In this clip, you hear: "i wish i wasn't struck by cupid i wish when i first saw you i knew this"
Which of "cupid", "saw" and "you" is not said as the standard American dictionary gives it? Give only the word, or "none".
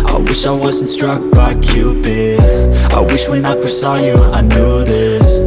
cupid